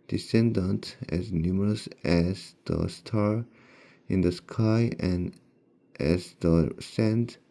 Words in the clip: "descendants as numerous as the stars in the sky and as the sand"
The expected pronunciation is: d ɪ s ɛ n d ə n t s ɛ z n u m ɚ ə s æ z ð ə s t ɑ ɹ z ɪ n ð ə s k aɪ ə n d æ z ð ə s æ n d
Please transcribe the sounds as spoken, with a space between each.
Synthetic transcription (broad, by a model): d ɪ s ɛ n d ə n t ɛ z n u m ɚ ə s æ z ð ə s t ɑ ɹ ɪ n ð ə s k aɪ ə n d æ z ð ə s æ n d